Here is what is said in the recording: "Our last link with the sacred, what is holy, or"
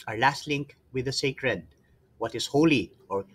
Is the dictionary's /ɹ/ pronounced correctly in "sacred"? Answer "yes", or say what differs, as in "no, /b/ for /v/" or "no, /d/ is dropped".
yes